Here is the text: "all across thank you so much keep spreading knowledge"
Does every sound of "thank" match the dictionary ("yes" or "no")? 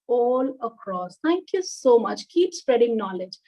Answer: no